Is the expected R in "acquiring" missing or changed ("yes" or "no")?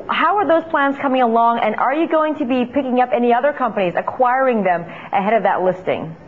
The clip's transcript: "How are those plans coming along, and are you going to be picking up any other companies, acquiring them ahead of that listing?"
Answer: no